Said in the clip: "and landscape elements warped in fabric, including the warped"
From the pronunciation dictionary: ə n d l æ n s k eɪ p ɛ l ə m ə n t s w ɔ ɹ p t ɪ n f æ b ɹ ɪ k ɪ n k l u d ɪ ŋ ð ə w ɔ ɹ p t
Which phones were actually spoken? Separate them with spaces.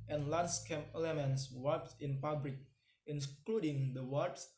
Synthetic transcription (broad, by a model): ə n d l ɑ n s k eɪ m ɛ l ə m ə n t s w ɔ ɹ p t ɪ n p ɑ b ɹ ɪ k ɪ n k l u d ɪ ŋ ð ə w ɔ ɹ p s